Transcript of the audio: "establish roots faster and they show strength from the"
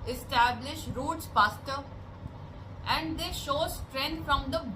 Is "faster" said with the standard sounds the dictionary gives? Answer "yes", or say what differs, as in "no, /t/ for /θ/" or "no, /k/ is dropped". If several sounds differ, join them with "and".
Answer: no, /p/ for /f/